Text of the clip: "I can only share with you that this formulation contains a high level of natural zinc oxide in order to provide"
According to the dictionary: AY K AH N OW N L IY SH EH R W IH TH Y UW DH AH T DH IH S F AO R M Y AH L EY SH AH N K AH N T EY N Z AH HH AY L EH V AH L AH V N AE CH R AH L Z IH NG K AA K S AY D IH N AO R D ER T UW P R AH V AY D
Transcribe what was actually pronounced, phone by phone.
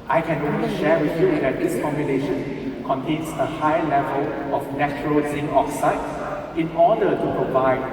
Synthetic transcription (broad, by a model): AY K AH N OW N L IY SH EH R W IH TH Y UW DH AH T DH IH S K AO M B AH N EY SH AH N K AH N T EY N S AH HH AY L EH V AH L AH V N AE CH R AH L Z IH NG AA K S AY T IH N AO D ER T UW P R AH V AY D